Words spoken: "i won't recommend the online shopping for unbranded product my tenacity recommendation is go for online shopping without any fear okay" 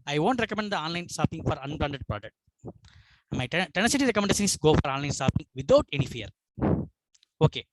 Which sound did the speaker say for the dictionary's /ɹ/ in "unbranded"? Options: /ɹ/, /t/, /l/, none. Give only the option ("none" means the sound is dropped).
/l/